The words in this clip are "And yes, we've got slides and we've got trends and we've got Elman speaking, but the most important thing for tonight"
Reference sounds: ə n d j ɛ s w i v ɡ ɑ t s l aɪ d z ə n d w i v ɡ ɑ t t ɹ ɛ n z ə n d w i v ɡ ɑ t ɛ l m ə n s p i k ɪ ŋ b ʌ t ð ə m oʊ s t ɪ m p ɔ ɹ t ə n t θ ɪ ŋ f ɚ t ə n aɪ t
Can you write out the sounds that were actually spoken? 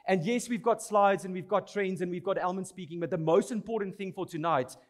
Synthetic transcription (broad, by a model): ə n d j ɛ s w i v ɡ ɑ t s l aɪ d z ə n w i v ɡ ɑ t t ɹ ɛ n z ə n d w i v ɡ ɑ t ɛ l m ə n s p i k ɪ ŋ b ʌ t ð ə m oʊ s t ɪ m p ɔ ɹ t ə n t θ ɪ ŋ f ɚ t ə n aɪ t